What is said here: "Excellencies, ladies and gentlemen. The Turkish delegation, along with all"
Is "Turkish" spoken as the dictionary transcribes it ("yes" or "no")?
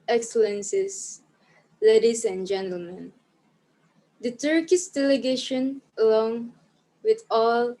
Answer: no